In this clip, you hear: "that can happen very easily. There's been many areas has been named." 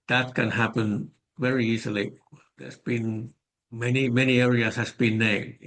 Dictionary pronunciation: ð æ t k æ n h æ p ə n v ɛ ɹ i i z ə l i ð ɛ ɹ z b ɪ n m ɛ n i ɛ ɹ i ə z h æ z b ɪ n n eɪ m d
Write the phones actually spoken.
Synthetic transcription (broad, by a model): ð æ t k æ n h æ p ə n v ɛ ɹ i i s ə l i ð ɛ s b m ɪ n m ɛ n i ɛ ɹ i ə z h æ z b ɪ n n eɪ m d